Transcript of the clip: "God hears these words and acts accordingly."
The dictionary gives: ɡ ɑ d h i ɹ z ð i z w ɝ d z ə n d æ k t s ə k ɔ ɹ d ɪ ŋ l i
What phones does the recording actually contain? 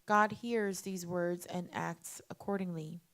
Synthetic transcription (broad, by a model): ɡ ɑ d h i ɹ z ð i z w ɝ d z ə n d æ k t s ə k ɔ ɹ d ɪ ŋ l i